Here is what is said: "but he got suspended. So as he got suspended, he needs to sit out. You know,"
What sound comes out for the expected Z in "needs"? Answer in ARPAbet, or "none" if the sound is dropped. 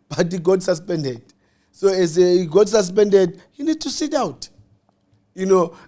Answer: none